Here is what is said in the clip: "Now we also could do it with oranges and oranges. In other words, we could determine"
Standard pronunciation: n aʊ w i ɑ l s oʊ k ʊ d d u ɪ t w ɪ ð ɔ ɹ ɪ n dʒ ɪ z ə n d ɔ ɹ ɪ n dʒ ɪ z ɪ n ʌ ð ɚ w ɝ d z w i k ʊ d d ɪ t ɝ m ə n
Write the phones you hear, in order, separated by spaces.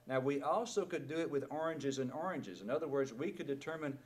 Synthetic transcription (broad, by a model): n aʊ w i ɑ l s oʊ k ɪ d d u ɪ t w ɪ ð ɔ ɹ ɪ n dʒ ɪ z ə n ɔ ɹ ɪ n dʒ ɪ z ɪ n ʌ ð ɚ w ɝ d z w i k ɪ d d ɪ t ɝ m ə n